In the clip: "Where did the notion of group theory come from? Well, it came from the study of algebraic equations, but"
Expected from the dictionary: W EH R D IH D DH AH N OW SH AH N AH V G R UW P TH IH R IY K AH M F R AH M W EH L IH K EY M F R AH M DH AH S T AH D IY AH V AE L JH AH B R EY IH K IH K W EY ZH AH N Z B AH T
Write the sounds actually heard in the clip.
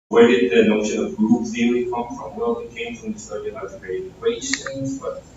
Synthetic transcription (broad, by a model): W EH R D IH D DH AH N OW SH AH N AH V G R UW P S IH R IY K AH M F R AH M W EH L IH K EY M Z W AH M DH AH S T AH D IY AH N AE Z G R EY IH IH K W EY SH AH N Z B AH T